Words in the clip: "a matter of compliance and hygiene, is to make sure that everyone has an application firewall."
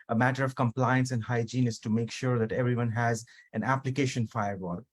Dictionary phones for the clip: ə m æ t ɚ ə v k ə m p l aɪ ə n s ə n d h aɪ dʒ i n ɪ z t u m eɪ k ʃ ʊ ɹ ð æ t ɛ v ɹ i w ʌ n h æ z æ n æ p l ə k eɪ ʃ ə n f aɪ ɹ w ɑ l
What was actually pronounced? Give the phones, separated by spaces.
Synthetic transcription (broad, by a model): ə m æ t ɚ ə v k ə m p l aɪ ə n s ə n d h aɪ dʒ i n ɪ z t u m eɪ k ʃ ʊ ɹ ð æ t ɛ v ɹ i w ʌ n h æ z æ n æ p l ə k eɪ ʃ ə n f aɪ ɹ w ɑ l